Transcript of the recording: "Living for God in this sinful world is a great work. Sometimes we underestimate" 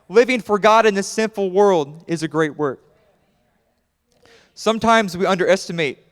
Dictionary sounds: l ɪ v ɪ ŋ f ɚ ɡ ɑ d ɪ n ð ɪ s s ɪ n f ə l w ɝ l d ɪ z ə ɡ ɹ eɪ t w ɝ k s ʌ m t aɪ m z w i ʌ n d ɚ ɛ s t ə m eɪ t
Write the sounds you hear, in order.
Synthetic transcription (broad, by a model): l ɪ v ɪ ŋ f ɚ ɡ ɑ d ɪ n ð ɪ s s ɪ n f l w ɝ l d ɪ z ə ɡ ɹ eɪ t w ɝ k s ʌ m t aɪ m z w i ʌ n d ɚ ɛ s t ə m eɪ t